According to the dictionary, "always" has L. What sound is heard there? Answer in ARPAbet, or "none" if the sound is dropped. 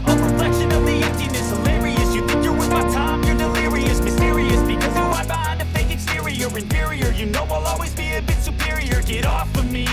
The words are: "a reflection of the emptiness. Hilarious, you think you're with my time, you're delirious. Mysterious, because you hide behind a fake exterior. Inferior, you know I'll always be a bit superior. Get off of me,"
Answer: L